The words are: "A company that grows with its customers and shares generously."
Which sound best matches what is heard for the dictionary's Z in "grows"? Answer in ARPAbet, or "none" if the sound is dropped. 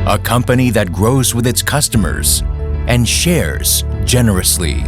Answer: Z